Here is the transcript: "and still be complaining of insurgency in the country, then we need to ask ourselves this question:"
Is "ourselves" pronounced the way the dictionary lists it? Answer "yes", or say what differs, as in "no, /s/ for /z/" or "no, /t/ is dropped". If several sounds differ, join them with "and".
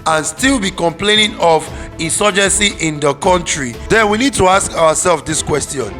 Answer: no, /w/ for /ɹ/